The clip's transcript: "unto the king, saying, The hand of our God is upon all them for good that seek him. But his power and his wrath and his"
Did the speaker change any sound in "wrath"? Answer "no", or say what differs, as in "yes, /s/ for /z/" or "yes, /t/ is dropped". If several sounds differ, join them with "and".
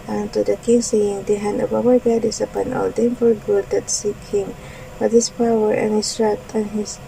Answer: yes, /t/ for /θ/